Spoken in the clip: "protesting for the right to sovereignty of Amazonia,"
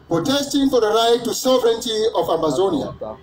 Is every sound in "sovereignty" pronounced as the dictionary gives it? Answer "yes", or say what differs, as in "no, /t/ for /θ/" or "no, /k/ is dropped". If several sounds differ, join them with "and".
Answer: yes